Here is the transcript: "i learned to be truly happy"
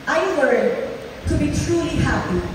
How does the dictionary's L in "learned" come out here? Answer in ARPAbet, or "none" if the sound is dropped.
W